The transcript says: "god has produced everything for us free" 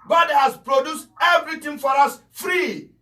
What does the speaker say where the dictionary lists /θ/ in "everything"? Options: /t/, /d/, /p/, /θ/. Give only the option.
/t/